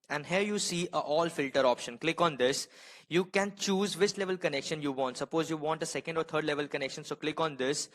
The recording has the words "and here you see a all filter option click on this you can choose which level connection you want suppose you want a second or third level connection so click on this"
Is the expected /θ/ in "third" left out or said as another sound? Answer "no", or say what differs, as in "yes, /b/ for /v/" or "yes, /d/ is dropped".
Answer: yes, /t/ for /θ/